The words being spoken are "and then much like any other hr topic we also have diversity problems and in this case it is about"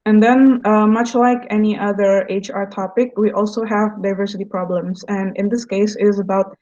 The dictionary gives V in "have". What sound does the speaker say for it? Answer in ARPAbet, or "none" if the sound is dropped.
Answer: V